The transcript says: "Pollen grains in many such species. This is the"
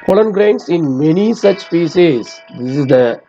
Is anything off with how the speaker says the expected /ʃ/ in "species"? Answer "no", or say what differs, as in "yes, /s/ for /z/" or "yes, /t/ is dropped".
yes, /s/ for /ʃ/